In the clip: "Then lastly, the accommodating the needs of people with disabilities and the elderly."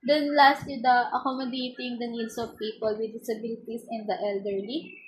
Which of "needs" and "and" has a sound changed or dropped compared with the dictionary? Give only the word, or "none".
needs